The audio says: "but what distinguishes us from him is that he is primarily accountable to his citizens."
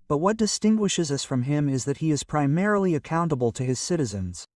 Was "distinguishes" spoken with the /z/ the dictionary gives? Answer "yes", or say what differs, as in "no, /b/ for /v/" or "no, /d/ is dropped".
yes